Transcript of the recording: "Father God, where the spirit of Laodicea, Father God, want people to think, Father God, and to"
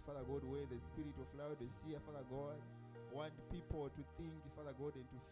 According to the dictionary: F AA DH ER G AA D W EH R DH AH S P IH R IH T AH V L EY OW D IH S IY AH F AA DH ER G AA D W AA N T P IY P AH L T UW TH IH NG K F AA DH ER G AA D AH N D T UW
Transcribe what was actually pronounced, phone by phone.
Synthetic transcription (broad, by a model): F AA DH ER G AA D W EH R DH AH S P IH R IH T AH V L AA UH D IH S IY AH F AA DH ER G AA D W AA N T P IY P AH L T UW TH IH NG K F AA DH ER G AA D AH N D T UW